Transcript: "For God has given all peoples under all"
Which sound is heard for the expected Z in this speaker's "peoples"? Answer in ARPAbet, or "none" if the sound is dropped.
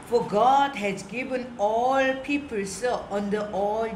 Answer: S